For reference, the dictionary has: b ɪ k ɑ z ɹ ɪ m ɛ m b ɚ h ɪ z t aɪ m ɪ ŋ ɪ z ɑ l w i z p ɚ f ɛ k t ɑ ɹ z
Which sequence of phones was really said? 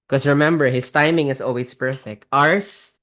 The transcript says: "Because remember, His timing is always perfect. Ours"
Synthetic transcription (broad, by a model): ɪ k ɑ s ɹ ɪ m ɛ m b ɚ h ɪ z t aɪ m ɪ ŋ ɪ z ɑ l w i s p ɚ f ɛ k t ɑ ɹ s